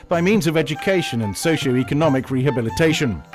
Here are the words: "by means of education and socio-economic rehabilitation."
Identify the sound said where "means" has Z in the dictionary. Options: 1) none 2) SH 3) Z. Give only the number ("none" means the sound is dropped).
3